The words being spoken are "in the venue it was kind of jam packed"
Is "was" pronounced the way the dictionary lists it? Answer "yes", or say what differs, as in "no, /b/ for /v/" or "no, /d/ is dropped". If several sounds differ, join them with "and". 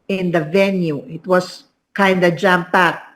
no, /s/ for /z/